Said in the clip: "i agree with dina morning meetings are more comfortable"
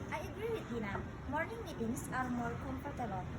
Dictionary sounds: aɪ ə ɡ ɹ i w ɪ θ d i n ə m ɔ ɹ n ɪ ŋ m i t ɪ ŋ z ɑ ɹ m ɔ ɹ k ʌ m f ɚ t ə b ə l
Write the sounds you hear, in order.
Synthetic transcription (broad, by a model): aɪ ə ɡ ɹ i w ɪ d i n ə m ɔ ɹ n ɪ ŋ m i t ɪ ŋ s ɑ ɹ m ɔ ɹ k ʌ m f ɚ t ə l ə